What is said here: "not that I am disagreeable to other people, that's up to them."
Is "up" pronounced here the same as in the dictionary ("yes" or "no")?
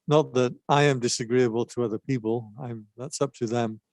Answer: yes